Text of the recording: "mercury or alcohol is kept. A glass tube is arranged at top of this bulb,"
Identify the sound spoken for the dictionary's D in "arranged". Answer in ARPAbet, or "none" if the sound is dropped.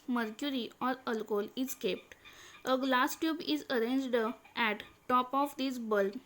D